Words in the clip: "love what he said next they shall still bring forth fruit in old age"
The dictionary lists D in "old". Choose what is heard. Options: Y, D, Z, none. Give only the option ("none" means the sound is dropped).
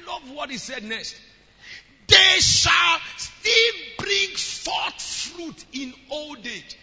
D